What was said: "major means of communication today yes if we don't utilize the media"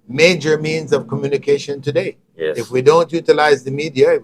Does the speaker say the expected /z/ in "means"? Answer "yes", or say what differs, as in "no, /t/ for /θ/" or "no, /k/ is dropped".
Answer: yes